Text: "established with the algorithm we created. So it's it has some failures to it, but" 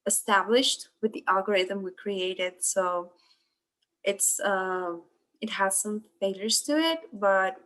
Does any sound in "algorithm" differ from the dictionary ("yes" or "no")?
no